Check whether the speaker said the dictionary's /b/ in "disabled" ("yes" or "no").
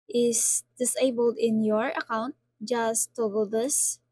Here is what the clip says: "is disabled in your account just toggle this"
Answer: yes